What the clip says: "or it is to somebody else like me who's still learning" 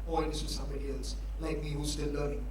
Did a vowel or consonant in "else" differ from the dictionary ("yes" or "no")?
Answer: no